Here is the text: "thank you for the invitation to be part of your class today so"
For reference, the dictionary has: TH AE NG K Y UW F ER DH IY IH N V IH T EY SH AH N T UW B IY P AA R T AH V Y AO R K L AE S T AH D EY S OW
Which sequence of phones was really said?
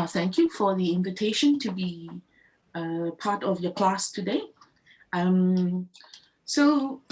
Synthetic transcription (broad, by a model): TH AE NG K Y UW F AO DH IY IH N V IH T EY SH AH N T UW B IY P AA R T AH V Y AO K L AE S T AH D EY S OW